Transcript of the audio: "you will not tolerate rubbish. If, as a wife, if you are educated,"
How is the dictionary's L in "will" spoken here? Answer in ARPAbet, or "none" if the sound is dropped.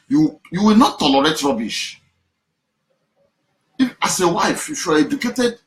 W